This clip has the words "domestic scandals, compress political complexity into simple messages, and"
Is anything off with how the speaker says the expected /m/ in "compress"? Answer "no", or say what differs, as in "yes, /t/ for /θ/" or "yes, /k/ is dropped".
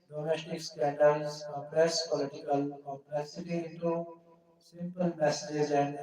yes, /m/ is dropped